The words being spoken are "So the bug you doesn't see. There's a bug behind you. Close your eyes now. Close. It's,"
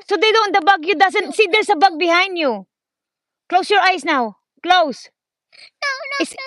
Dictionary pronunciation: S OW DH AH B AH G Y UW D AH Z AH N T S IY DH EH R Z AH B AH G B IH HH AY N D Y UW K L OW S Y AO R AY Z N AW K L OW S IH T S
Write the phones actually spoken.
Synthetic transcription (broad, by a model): S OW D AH B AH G Y UW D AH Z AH N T S IY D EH R S AH B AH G B IH HH AY N D Y UW K L OW S Y AO R AY S N AW K L OW S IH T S